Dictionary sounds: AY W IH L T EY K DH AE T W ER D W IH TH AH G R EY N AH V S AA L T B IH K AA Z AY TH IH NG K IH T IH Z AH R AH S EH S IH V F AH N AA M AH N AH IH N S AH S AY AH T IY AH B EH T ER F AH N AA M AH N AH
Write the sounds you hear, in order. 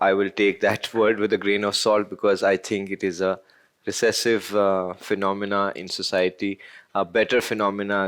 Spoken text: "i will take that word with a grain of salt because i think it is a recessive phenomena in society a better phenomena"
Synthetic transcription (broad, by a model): AY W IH L T EY K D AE T W ER D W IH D AH G R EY N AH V S AA L T B IH K AA Z AY T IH NG K IH T IH Z AH R AH S EH S IH V F AH N AA M AH N AH IH N S AH S AY AH T IY AH B EH T ER F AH N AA M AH N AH